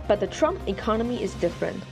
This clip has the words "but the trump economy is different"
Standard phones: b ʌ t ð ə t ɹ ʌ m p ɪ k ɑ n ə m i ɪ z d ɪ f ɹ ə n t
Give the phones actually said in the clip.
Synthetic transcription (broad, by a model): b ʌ t ð ə t ɹ ʌ m p ɪ k ɑ n ə m i ɪ z d ɪ f ɹ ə n t